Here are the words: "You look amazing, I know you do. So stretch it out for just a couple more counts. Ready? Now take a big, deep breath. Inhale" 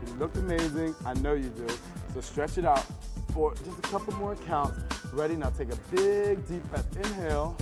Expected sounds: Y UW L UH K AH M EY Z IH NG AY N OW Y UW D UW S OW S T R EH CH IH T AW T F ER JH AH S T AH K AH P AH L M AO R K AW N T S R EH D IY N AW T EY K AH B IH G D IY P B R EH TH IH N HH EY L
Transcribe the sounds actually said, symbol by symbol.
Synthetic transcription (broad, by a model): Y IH L UH K AH M EY Z IH NG AY N OW Y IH D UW S OW S T R EH CH IH T AW T F ER JH AH S T AH K AH P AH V M AO R K AW N T S R EH D IY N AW T EY K AH B IH G D IY P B EH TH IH N HH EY L